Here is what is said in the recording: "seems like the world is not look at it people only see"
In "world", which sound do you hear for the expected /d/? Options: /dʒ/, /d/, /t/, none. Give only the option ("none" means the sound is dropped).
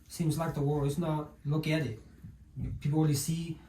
none